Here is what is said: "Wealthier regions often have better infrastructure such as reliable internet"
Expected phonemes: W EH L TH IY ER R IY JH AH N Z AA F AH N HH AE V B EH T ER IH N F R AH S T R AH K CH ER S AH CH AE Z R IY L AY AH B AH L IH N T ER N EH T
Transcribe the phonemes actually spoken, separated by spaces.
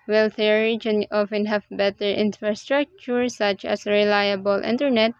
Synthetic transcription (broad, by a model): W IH L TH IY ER R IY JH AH N AA F AH N HH AE V B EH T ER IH N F R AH S T R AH K CH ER S AH CH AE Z R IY L AY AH B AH L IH N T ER N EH T